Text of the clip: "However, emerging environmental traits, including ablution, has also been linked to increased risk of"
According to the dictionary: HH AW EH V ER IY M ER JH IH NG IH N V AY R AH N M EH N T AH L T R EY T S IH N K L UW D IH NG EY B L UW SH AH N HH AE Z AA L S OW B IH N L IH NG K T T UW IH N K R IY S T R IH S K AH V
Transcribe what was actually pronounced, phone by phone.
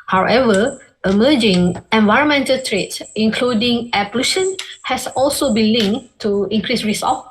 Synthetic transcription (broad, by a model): HH AW EH V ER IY M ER JH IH NG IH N V AY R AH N M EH N T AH L T R EY T S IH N K L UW D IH NG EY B L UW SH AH N HH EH S AA L S OW B IH N L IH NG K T T UW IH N K R IY S R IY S AH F